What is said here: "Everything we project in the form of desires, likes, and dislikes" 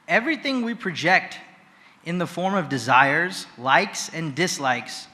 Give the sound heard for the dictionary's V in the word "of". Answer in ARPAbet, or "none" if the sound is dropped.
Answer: V